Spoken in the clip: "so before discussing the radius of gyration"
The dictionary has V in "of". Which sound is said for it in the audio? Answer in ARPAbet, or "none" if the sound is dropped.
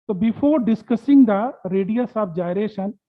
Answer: B